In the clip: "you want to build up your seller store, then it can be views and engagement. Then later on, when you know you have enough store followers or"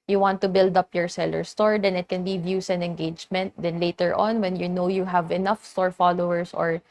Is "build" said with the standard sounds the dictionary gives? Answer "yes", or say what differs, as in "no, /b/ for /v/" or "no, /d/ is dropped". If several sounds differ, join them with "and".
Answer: yes